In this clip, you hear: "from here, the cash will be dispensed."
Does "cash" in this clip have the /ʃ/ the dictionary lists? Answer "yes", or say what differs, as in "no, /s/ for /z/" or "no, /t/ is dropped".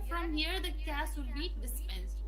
no, /s/ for /ʃ/